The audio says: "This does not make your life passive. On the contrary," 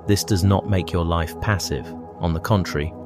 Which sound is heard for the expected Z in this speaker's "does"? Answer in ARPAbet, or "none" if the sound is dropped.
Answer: Z